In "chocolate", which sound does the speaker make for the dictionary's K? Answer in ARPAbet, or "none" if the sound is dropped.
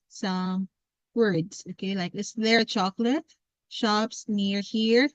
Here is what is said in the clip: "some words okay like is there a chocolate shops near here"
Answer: K